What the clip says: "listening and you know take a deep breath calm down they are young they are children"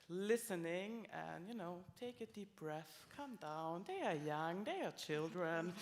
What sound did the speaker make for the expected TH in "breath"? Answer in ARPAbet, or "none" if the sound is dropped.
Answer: TH